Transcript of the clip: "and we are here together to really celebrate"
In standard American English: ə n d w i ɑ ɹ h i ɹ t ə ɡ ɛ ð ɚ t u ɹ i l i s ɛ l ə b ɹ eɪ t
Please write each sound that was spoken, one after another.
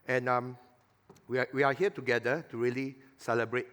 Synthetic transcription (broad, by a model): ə n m w i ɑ w h i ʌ t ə ɡ ɛ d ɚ t u ɹ i l i s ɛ l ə b ɹ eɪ t